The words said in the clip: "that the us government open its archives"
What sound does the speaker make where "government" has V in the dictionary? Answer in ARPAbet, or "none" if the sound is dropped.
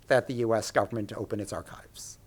V